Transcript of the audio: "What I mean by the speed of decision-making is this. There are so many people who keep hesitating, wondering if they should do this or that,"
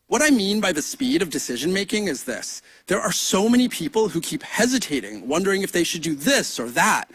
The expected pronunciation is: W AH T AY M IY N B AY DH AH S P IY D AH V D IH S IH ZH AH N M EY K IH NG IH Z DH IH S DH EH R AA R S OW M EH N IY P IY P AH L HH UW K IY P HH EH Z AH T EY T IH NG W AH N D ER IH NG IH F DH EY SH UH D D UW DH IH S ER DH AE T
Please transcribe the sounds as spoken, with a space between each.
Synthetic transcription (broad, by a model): W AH T AY M IY N B AY DH AH S P IY D AH V D IH S IH ZH AH N M EY K IH NG IH Z DH IH S DH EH R AA R S OW M EH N IY P IY P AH L HH UW K IY P HH EH Z AH T EY T IH NG W AH N D ER IH NG IH F DH EY SH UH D D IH DH IH S ER DH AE T